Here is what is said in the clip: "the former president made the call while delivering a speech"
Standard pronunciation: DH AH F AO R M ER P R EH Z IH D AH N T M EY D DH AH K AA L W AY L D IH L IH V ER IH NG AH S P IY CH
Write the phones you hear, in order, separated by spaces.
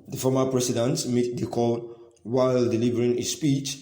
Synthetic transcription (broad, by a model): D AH F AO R M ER P R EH S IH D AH N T M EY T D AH K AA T W AY L D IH L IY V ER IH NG AH S P IY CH